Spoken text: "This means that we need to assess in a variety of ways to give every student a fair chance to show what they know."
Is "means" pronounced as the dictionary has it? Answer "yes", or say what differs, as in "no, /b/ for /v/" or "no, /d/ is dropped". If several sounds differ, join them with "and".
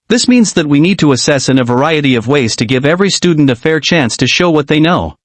yes